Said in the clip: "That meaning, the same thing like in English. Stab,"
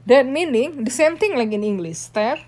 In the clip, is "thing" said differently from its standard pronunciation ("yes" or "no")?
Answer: yes